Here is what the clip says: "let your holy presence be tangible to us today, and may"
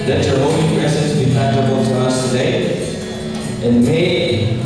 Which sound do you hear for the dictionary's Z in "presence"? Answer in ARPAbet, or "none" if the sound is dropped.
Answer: S